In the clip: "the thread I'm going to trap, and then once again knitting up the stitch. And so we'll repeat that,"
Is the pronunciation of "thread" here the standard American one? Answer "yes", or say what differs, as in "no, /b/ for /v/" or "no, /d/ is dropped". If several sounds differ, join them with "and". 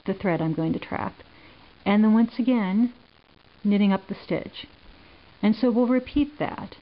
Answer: yes